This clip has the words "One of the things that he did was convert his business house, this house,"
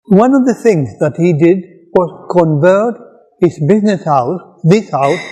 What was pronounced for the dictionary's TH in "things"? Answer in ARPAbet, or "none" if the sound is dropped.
TH